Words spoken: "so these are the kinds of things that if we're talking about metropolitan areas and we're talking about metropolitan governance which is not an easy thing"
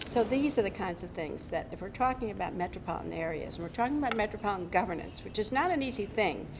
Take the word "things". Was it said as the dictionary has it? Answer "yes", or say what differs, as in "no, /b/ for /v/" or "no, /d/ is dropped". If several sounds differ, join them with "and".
yes